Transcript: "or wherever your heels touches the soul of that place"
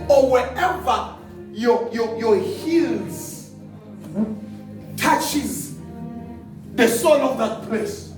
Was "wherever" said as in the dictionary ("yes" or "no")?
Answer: no